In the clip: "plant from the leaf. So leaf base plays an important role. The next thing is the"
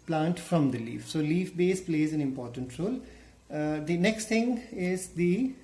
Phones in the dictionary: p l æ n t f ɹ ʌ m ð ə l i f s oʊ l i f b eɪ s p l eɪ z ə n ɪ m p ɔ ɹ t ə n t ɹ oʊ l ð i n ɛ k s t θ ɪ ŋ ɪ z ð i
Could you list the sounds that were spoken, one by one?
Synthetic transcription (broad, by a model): p l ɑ n t f ɹ ʌ m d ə l i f s oʊ l i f b eɪ s p l eɪ z ə n ɪ m p ɔ ɹ t ə n t ɹ oʊ l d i n ɛ k s t t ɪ ŋ ɪ z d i